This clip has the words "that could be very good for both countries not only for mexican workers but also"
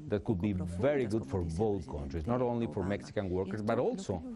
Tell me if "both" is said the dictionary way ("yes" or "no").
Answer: no